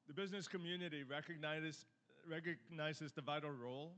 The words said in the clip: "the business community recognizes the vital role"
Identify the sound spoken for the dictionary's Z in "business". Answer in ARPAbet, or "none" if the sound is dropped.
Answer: Z